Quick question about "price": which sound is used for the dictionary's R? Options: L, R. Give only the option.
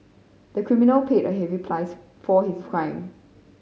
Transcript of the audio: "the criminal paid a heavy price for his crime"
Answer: L